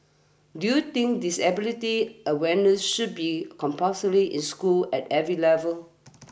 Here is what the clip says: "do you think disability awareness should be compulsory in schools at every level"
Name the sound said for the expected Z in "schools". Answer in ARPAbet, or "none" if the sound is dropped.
none